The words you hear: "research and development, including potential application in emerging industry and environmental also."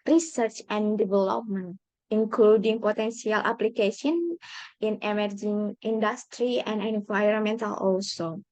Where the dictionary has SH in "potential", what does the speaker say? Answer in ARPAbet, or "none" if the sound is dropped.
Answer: S